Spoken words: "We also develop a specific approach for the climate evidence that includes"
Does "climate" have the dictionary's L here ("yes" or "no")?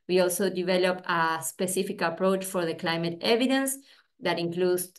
yes